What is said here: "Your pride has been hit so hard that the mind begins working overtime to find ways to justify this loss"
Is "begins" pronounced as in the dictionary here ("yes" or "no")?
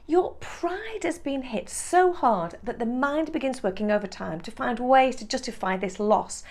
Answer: yes